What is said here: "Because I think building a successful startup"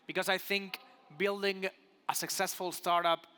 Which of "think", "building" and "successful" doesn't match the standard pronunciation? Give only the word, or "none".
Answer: none